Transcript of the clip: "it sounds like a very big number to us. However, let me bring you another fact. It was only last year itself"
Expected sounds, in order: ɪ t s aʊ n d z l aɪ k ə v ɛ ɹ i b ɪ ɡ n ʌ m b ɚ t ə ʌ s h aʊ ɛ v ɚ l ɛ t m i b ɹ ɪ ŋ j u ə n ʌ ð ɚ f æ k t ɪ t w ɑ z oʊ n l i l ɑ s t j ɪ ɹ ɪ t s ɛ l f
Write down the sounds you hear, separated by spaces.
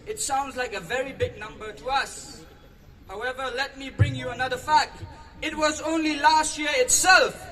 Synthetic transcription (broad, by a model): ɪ t s aʊ n d z l aɪ k ə v ɛ ɹ i b ɪ ɡ n ʌ m b ɚ t ə ʌ s h aʊ ɛ v ɚ l ɛ t m i b ɹ ɪ ŋ j u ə n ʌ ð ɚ f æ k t ɪ t w ɑ z oʊ n l i l ɑ s t j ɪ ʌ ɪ t s ɛ l f